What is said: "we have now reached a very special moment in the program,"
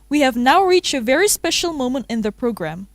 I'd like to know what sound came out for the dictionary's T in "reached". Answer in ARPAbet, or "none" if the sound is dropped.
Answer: T